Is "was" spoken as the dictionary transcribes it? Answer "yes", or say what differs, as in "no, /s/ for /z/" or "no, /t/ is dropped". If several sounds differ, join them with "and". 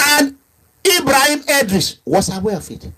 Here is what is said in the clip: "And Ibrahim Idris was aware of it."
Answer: no, /s/ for /z/